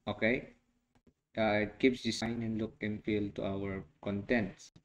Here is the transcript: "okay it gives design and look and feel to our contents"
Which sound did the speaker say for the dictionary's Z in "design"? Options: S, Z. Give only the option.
S